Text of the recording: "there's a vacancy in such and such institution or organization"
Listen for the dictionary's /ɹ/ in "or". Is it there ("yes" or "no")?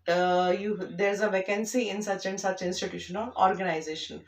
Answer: no